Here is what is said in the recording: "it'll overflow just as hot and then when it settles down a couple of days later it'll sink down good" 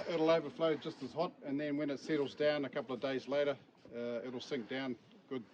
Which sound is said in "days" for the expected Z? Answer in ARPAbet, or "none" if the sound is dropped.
Z